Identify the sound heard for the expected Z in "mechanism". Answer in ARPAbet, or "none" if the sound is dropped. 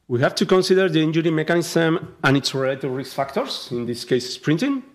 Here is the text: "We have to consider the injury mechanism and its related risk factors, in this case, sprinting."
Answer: S